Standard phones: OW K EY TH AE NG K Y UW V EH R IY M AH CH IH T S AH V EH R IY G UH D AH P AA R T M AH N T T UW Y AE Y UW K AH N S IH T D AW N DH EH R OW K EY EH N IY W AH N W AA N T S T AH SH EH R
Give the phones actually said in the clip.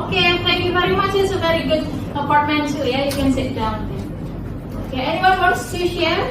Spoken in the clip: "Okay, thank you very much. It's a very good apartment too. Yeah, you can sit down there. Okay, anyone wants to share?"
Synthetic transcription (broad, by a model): K EY T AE NG K Y UW V EH R IY M AH CH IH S AH V EH R IY G UH D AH P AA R T M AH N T S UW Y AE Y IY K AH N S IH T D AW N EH OW K EY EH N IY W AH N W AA T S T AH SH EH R